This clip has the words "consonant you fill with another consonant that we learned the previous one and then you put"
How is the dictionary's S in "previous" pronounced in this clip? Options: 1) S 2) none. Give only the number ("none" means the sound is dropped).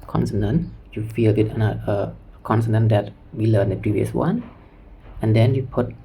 1